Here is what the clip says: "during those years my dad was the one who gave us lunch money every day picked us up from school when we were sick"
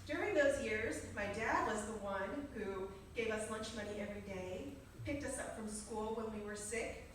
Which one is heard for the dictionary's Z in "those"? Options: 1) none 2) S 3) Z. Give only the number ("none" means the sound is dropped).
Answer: 3